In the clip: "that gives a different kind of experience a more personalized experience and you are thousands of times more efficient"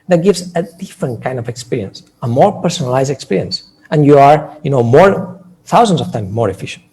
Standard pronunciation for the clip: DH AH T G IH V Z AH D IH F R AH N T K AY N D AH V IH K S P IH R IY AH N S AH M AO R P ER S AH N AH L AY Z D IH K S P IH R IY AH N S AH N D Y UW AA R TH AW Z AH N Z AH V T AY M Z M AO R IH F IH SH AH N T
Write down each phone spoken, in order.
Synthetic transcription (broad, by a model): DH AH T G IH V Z AH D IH F R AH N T K AY N D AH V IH K S P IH R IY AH N S AH M AO R P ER S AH N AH L AY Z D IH K S P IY R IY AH N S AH N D Y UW AA R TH AW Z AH N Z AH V T AY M M AO R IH F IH SH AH N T